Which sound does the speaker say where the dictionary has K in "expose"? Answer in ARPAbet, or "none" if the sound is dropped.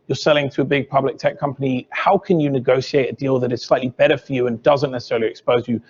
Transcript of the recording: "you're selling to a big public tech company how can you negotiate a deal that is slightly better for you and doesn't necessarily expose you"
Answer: K